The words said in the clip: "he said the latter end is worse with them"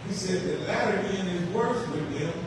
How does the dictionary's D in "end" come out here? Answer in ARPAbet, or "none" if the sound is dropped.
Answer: none